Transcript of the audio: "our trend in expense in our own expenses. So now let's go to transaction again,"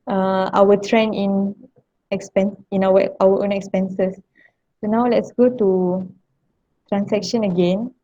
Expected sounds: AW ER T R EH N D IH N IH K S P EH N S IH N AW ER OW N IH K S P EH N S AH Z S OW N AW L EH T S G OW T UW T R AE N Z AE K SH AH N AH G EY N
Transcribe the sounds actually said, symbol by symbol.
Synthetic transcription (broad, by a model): AW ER T R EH N IH N IH K S P EH N S IH N AW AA OW N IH K S P EH N S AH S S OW N AW L EH T S G OW T UW T R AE N S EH K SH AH N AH G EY N